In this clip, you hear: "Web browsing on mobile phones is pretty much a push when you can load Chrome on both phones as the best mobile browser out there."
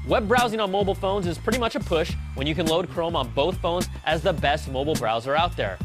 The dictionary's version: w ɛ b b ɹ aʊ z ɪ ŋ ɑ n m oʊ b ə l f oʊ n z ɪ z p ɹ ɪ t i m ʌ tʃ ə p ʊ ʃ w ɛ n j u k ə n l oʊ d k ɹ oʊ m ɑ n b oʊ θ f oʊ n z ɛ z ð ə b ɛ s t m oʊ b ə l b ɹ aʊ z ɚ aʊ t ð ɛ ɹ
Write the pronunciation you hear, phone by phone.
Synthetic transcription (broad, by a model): w ɛ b b ɹ aʊ z ɪ ŋ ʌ n m oʊ b l f oʊ n z ɪ z p ɹ ɪ t i m ʌ tʃ ə p ʊ ʃ w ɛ n j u k ə n l oʊ d k ɹ oʊ m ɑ n b oʊ θ f oʊ n z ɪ z ð ə b ɛ s t m oʊ b l b ɹ aʊ z ɚ aʊ t ð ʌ ɹ